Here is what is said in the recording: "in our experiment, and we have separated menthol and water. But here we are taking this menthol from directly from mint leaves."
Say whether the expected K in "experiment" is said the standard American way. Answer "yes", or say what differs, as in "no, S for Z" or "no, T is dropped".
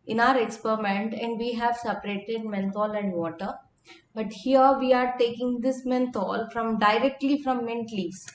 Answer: yes